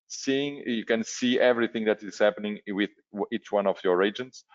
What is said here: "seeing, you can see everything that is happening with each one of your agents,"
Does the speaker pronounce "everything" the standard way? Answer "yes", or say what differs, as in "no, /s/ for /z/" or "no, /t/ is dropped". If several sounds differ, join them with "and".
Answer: yes